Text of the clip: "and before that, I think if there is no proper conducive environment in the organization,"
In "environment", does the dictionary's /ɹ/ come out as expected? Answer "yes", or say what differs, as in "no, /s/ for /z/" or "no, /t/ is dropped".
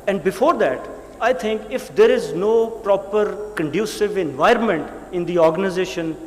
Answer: yes